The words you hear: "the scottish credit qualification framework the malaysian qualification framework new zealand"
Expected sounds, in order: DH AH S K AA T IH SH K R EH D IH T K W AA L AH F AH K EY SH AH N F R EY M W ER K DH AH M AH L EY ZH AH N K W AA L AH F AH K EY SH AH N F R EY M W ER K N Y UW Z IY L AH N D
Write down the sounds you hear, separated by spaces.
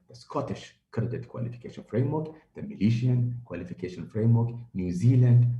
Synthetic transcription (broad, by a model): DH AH S K AA T IH SH K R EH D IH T K W AA L AH F AH K EY SH AH N F R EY M W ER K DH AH M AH L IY SH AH N K W AA L AH F AH K EY SH AH N F R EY M W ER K N Y UW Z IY L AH N D